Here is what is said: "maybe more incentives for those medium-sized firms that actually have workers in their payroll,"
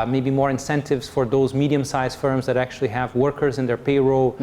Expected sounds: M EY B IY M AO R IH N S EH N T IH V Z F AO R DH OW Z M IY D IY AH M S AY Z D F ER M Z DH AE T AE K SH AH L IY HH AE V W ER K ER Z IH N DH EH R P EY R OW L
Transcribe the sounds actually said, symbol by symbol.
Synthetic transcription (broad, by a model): M EY B IY M AO R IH N S EH N T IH V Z F AO R DH OW Z M IY D IY AH M S AY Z F ER M Z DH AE T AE K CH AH L IY HH AE V W ER K ER Z IH N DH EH R P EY R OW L